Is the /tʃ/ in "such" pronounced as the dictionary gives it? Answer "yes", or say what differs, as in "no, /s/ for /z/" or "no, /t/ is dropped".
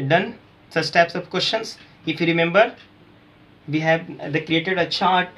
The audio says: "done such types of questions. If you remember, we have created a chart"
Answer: no, /s/ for /tʃ/